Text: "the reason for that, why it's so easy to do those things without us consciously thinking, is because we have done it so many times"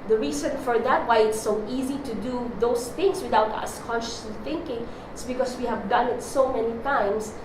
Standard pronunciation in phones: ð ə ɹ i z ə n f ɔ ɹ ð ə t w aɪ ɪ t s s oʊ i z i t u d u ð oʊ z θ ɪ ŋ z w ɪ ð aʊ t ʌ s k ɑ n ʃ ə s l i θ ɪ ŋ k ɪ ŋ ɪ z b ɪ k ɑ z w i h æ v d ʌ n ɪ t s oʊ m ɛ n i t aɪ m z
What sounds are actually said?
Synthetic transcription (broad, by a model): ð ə ɹ i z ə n f ɔ ɹ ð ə t w aɪ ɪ t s s oʊ i z i t u d u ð oʊ s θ ɪ ŋ s w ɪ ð aʊ t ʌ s k ɑ n ʃ ə s l i θ ɪ ŋ k ɪ ŋ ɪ s b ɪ k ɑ s w i h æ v d ʌ n ɪ t s oʊ m ɛ n i t aɪ m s